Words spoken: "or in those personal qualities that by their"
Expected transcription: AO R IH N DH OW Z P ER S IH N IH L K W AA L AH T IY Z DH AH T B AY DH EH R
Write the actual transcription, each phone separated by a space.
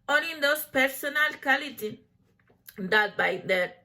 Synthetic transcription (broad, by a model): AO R IH N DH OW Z P ER S IH N IH L K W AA L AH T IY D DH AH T B AY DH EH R